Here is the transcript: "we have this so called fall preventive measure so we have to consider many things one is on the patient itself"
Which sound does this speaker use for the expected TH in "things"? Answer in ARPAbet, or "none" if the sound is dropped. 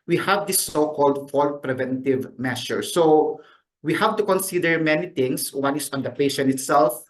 T